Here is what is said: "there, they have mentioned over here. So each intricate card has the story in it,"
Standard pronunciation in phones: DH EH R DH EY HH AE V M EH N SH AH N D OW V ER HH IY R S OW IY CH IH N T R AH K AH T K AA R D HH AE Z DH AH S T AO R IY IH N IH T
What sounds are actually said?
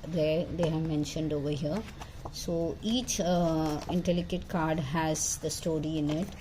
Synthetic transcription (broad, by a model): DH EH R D EY HH AE V M EH N SH AH N D OW V ER HH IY R S OW IY CH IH N T L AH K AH T K AA R D HH AE Z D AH S T AO R IY IH N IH T